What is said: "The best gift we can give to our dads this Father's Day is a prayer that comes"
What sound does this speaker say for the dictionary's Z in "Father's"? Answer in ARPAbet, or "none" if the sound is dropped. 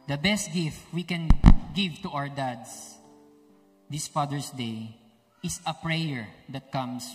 S